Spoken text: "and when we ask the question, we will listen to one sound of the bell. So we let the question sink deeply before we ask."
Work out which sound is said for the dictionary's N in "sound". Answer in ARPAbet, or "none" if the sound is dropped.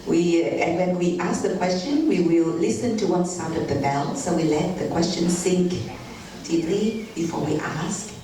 none